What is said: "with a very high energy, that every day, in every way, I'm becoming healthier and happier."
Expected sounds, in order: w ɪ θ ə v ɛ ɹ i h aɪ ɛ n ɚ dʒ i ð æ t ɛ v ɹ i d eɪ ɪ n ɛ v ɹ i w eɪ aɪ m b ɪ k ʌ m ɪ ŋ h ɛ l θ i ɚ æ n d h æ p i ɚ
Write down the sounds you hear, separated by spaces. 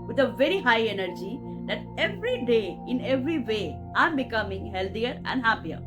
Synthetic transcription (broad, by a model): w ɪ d ə v ɛ ɹ i h aɪ ɛ n ɚ dʒ i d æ t ɛ v ɹ i d eɪ ɪ n ɛ v ɹ i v eɪ aɪ m b ɪ k ʌ m ɪ ŋ h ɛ l t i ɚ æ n d h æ p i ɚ